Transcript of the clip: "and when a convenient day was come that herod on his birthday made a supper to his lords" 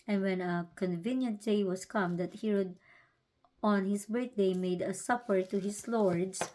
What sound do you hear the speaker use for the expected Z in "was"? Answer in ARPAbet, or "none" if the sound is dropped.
S